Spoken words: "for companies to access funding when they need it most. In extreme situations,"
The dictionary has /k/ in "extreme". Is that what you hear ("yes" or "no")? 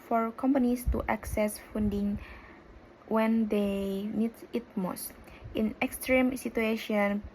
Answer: yes